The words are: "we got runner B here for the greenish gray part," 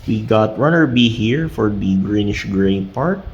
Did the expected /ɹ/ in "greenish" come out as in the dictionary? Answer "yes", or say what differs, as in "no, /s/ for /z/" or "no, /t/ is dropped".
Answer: yes